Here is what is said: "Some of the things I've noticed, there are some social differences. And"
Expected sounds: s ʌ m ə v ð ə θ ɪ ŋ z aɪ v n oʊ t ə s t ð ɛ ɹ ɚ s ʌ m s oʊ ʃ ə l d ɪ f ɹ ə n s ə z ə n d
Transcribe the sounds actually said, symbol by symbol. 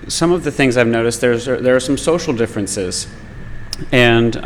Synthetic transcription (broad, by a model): s ʌ m ə v ð ə θ ɪ ŋ z aɪ v n oʊ t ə s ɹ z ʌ ɹ ɚ s ʌ m s oʊ ʃ l d ɪ f ɹ ə n s ə z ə n